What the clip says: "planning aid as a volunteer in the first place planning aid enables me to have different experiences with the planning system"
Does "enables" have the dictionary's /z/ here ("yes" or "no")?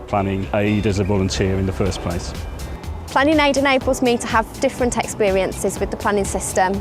yes